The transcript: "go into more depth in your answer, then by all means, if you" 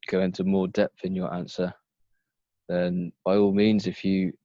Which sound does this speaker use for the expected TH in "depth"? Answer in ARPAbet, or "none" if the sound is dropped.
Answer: TH